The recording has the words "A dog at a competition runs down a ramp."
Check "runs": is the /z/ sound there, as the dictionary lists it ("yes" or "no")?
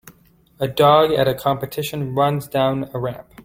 yes